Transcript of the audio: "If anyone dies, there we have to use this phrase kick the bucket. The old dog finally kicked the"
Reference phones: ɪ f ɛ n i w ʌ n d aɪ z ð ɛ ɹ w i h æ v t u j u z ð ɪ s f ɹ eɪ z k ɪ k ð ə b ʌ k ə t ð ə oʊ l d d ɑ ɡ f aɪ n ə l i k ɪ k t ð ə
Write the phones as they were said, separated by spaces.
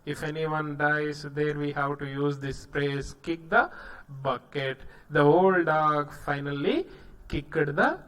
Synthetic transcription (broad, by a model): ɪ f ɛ n i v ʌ n d aɪ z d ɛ ɹ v i h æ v t u j u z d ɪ s p ɹ eɪ s k ɪ k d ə b ʌ k ə t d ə oʊ l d d ɑ ɡ f aɪ n ə l i k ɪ k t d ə